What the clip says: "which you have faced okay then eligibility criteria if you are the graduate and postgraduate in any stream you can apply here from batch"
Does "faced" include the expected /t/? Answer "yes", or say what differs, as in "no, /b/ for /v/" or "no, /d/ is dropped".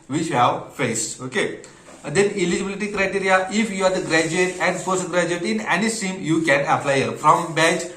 no, /t/ is dropped